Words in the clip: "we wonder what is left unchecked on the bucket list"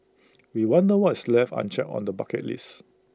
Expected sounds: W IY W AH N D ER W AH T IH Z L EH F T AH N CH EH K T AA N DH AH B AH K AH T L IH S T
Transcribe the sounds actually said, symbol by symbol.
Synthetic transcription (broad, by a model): W IY W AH N D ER W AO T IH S L EH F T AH N CH EH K AA N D AH B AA K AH T L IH S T